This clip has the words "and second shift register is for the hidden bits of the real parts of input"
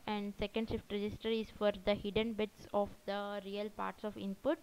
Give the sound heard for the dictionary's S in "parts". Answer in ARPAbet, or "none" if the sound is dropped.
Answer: S